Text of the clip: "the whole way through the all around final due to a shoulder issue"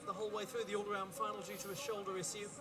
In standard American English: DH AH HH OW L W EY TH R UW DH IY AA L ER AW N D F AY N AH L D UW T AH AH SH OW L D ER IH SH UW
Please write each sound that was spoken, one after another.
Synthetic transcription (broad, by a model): DH AH HH OW L W EY TH R UW DH IY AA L ER AW N D F AY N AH L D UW T AH AH SH OW L D ER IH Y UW